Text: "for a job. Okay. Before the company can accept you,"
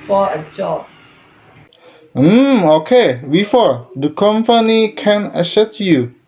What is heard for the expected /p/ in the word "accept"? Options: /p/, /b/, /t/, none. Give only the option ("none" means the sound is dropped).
none